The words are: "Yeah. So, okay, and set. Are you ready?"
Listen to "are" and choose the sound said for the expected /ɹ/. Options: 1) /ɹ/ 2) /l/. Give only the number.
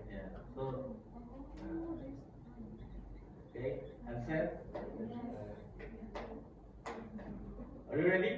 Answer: 2